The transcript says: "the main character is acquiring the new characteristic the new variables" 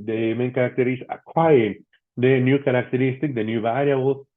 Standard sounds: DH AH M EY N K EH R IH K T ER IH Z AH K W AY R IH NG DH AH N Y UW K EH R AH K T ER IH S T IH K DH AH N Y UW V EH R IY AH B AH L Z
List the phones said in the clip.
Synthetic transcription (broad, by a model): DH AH M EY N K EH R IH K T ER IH S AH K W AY IH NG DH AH N Y UW K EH R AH K T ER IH S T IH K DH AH N Y UW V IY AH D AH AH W